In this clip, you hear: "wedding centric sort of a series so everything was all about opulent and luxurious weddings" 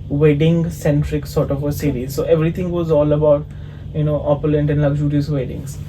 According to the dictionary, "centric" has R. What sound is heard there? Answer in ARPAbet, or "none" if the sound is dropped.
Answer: R